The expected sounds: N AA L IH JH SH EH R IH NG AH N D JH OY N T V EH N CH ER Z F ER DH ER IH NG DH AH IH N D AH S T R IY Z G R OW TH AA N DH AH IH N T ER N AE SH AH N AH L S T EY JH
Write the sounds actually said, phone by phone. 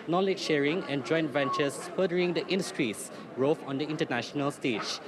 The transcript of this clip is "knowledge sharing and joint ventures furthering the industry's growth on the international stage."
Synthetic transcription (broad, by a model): N AA L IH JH SH EH R IH NG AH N JH OY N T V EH N CH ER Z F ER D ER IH NG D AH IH N D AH S T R IY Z R OW F AA N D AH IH N T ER N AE SH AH N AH L S T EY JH